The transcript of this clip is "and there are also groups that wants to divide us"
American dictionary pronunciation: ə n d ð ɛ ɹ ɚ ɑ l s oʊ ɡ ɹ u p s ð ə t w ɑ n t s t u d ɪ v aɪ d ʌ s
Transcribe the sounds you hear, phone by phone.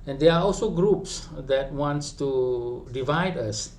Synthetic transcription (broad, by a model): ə n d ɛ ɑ ɑ l s oʊ ɡ ɹ u p s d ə t w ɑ n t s t u d ɪ v aɪ d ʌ s